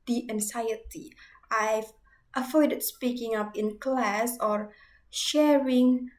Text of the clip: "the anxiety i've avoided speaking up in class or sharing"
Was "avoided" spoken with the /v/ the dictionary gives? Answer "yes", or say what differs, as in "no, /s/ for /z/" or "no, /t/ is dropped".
no, /f/ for /v/